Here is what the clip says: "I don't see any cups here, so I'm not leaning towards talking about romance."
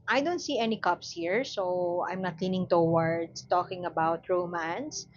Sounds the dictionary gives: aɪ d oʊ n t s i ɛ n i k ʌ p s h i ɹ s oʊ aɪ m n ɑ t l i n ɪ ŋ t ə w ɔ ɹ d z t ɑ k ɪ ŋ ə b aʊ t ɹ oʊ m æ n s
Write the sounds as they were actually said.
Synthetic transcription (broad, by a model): aɪ d oʊ n t s i ɛ n i k ʌ p s h i ɹ s oʊ aɪ m n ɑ t l i n ɪ ŋ t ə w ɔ ɹ d s t ɑ k ɪ ŋ ə b aʊ t ɹ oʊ m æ n s